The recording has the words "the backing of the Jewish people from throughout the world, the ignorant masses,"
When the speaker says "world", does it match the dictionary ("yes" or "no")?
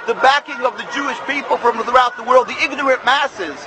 yes